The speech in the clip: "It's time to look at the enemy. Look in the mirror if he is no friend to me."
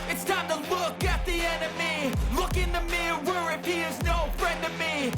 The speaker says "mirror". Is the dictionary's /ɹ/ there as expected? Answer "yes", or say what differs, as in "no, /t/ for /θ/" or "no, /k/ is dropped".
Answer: no, /w/ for /ɹ/